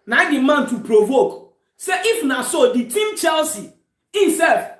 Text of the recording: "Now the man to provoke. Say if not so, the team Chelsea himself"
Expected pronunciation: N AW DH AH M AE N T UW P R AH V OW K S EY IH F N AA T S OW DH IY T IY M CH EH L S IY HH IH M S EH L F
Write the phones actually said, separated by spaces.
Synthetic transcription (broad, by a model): N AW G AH M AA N T UW P R AH V OW K S EY IH F N AA S OW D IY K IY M CH EH L S IY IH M S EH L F